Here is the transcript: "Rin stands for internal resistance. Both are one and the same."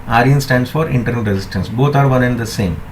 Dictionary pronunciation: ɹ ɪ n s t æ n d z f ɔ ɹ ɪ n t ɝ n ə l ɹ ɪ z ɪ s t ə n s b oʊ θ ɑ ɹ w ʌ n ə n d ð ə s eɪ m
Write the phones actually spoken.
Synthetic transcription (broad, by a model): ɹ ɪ n s t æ n d s f ɔ ɹ ɪ n t ɝ n ə l ɹ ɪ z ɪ s t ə n s b oʊ t ɑ ɹ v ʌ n ə n d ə s eɪ m